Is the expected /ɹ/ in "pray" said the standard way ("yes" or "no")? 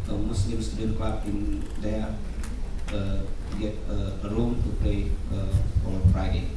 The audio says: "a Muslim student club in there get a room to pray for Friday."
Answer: no